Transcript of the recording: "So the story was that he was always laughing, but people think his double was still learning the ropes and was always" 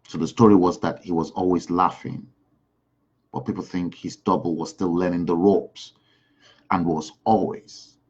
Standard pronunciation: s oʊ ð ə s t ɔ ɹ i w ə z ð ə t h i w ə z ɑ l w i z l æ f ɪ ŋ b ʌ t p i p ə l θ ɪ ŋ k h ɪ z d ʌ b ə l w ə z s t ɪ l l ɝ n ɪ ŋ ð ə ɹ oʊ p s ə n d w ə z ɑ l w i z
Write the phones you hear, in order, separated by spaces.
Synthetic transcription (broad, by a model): s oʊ ð ə s t ɔ ɹ i w ə z ð ə t h i w ə z ɑ l w i z l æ f ɪ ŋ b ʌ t p i p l θ ɪ ŋ k h ɪ z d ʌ b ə l w ə z s t ɪ l l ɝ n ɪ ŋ ð ə ɹ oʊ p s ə n w ə z ɑ l w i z